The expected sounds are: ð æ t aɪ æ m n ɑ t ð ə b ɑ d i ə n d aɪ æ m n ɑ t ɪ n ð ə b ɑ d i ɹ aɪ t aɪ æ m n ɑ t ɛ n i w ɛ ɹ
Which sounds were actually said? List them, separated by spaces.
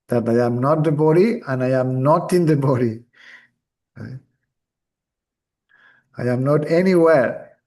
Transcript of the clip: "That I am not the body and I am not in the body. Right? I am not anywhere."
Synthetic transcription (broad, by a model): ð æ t aɪ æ m n ɑ t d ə b ɑ d i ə n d aɪ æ m n ɑ t ɪ n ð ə b ɑ d i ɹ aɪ aɪ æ m n ɑ t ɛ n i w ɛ ɹ